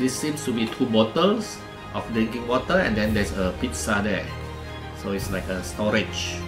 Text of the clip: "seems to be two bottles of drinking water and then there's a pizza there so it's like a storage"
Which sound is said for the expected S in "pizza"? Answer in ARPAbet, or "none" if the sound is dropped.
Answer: S